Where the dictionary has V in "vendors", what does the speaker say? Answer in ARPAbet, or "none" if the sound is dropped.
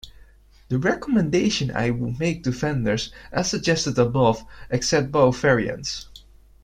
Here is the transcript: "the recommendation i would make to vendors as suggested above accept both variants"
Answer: F